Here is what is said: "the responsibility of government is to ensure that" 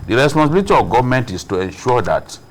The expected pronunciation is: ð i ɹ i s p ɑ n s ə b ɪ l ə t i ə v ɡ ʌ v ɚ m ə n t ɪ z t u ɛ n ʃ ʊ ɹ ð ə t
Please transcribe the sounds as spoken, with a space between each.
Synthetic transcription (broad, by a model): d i ɹ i s p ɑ s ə b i l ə t i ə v ɡ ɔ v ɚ m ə n t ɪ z t u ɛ n ʃ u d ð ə t